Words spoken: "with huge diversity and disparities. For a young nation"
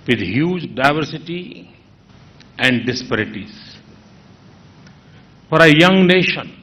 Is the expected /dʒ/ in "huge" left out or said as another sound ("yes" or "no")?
no